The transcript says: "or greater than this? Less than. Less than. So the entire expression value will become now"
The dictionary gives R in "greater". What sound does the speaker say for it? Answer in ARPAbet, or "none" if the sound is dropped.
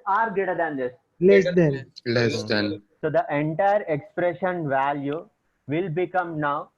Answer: none